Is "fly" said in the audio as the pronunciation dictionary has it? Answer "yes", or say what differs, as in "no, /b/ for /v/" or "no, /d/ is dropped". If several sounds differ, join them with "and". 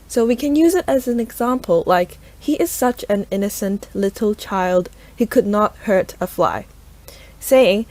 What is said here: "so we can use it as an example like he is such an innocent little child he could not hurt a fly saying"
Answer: yes